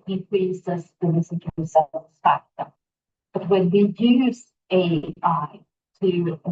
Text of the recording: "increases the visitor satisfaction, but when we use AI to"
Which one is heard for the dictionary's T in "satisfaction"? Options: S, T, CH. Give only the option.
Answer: S